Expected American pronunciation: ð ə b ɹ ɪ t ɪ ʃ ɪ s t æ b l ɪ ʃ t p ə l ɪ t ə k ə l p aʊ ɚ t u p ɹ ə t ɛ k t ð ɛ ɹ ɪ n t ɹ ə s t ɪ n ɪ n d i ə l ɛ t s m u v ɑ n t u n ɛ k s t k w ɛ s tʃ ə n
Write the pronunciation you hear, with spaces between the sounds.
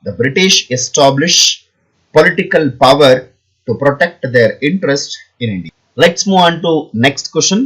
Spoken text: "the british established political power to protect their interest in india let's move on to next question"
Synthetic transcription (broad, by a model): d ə b ɹ ɪ t ɪ ʃ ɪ s t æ b l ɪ ʃ p ə l ɪ t ə k ə l p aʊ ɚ t u p ɹ ə t ɛ k t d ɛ ɹ ɪ n t ɹ ə s t ɪ n ɪ n d i ə l ɛ t s m u v ɑ n t u n ɛ k s t k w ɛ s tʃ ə n